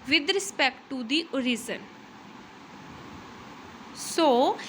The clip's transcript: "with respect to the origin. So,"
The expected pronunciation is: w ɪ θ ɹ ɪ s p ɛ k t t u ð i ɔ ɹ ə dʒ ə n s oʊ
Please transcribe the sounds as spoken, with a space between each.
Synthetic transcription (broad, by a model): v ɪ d ɹ ɪ s p ɛ k t t u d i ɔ ɹ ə z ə n s oʊ